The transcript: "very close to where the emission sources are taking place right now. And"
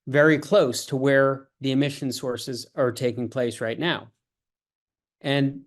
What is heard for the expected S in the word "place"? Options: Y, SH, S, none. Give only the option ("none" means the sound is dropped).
S